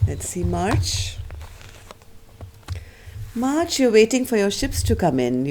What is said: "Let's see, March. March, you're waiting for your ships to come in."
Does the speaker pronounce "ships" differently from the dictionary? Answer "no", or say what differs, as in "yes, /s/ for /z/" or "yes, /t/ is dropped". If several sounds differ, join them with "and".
no